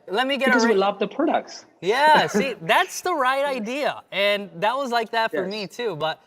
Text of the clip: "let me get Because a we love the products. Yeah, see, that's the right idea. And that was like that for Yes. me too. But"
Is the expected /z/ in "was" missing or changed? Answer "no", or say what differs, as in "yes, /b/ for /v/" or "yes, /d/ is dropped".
no